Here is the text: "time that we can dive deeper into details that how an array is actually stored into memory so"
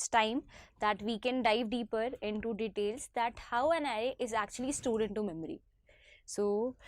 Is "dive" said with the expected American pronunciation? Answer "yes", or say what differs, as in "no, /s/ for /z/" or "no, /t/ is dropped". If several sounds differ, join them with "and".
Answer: yes